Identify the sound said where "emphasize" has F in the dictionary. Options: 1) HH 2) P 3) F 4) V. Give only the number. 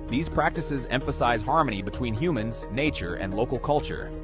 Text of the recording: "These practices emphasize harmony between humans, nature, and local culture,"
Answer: 3